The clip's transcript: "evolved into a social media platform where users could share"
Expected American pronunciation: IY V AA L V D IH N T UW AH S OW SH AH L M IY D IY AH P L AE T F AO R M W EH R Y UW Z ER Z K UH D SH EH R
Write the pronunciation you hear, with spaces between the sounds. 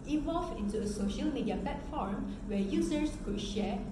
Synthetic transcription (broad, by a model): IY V AA L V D IH N T UW AH S OW SH AH L M IY D IY AH P L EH T F AO R M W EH Y UW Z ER S K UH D SH EH